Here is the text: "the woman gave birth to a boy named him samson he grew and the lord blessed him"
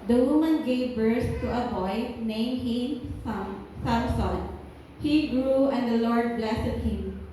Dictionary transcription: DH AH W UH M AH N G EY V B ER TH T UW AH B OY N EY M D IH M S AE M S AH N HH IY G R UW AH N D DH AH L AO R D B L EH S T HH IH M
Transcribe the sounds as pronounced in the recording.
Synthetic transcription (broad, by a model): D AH W UH M AH N G EY V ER S T UW AH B OY N EY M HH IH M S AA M S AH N HH IY G R UW AH N D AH L AO R D B L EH S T HH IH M